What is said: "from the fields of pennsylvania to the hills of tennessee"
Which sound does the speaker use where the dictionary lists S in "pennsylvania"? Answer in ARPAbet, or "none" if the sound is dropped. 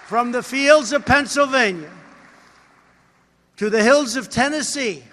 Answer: S